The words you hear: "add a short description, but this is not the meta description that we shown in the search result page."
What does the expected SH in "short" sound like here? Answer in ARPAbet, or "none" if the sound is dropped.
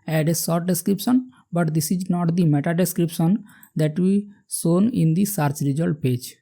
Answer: S